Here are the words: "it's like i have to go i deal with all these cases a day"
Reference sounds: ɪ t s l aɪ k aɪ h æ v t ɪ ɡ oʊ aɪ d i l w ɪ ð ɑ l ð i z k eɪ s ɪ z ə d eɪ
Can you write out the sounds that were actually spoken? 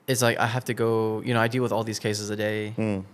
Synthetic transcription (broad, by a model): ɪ t s l aɪ k aɪ h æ f t ɪ ɡ oʊ aɪ d i l w ɪ ð ɑ l ð i z k eɪ s ɪ z ə d eɪ